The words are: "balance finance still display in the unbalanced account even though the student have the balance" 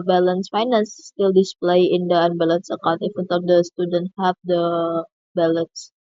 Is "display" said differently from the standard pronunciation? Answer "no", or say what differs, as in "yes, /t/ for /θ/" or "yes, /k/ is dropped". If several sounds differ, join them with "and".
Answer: no